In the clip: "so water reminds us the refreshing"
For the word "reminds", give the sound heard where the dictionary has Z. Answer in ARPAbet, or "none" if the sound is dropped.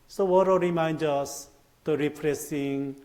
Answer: none